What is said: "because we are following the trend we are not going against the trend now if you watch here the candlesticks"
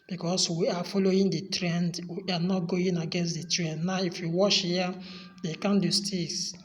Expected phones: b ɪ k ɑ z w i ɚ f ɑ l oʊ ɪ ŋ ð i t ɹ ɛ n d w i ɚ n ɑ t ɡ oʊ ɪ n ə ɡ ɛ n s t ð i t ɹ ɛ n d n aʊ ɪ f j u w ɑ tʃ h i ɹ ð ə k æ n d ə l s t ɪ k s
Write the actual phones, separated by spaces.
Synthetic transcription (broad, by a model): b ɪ k ɑ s w i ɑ f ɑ l oʊ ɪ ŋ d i t ɹ ɛ n d w i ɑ n ɑ t ɡ oʊ ɪ n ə ɡ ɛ n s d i t ɹ ɛ n d n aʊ ɪ f j u w ɑ ʃ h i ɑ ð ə k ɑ n d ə s t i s